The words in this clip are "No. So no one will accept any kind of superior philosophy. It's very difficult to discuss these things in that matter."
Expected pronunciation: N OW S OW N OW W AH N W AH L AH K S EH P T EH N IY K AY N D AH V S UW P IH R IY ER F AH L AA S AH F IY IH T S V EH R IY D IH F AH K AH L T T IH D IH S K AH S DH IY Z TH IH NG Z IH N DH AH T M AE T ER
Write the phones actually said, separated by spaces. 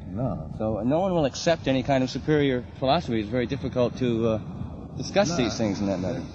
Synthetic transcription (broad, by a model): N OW S OW N OW W AH N W AH L AH K S EH P T EH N IY K AY N D AH V S UW P IH R IY ER F AH L AA S AH F IY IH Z V EH R IY D IH F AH K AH L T T IH D IH S K AH S DH IY Z TH IH NG Z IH N DH AH T M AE T ER